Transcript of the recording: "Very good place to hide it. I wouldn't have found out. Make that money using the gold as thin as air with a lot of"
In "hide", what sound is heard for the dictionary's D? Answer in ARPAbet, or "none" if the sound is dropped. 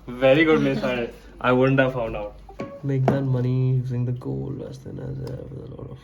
none